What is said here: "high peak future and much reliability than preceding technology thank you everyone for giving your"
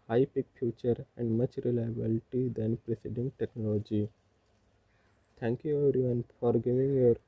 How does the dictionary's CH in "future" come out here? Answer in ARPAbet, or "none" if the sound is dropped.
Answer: CH